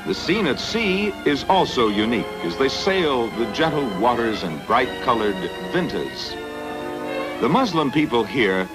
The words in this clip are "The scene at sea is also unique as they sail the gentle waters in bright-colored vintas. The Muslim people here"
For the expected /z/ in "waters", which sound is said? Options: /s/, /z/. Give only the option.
/z/